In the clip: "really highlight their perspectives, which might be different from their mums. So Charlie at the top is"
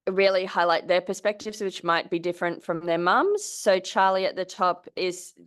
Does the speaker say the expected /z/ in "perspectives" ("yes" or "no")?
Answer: yes